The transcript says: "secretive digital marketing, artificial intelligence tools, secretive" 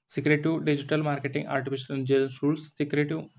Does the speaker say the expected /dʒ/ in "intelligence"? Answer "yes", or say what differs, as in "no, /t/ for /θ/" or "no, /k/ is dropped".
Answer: no, /dʒ/ is dropped